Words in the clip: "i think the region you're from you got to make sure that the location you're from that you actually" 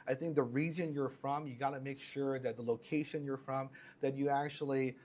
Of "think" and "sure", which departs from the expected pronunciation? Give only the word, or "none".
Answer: none